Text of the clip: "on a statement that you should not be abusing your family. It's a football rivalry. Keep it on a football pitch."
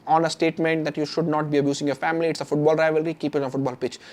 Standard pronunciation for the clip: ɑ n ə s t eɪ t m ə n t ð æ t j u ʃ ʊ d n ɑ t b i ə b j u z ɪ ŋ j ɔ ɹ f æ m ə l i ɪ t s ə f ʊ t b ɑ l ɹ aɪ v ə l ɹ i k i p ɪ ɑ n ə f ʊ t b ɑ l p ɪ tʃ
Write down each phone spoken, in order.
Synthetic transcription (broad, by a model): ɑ n ə s t eɪ t m ə n t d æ t j u ʃ ʊ d n ɑ t b i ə b j u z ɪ ŋ j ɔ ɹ f æ m ə l i ɪ t s ə f ʊ t b ɑ l ɹ aɪ v ə l ɹ i k i p ɪ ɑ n ə f ʊ t b ɑ l p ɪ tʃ